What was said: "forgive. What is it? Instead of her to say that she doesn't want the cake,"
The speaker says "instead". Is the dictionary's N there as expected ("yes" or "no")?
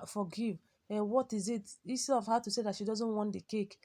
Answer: no